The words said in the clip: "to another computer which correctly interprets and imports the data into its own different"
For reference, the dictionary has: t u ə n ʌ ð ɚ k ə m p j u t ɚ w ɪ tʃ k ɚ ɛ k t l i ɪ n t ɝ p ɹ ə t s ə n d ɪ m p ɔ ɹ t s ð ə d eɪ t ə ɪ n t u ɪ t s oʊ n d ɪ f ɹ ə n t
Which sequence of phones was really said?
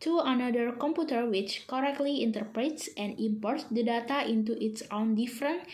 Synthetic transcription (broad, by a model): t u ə n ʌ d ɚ k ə m p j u t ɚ w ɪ tʃ k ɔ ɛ k t l i ɪ n t ɝ p ɹ ə t s ə n d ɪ m p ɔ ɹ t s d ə d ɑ t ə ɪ n t u ɪ t s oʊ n d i f ɹ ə n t